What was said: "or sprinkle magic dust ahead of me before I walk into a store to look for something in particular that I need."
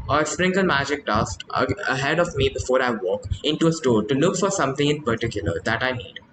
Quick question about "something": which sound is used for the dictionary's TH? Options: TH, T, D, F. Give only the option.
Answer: T